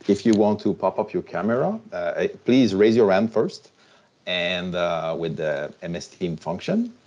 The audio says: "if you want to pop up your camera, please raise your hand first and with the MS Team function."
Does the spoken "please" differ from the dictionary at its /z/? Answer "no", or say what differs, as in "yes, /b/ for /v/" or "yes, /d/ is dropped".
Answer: no